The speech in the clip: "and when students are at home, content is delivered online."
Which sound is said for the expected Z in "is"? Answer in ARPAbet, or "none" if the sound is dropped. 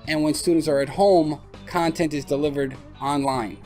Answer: Z